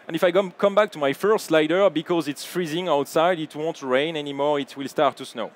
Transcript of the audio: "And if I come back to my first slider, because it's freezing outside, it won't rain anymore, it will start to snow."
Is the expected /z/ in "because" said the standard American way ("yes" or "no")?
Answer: yes